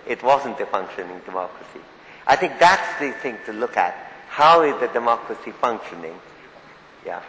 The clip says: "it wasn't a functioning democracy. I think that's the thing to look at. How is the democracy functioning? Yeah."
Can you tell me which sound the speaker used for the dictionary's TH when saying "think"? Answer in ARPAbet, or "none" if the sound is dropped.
TH